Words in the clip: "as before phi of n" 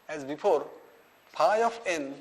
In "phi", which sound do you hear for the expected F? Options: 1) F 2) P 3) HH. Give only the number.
2